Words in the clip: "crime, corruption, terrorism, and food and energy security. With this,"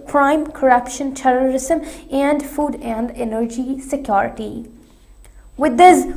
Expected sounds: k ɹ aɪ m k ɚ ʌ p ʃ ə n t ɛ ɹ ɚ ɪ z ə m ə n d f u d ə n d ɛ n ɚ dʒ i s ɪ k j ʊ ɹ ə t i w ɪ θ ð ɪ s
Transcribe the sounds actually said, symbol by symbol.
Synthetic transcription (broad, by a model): k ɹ aɪ m k ɚ ʌ p ʃ ə n t ɛ ɹ ɚ ɪ z ə m ə n d f u d ə n d ɛ n ɚ dʒ i s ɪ k j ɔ ɹ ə t i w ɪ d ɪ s